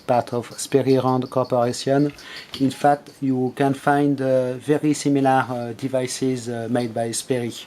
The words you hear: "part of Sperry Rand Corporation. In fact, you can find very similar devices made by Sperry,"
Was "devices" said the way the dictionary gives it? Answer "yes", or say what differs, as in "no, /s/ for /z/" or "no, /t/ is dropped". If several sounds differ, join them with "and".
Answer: yes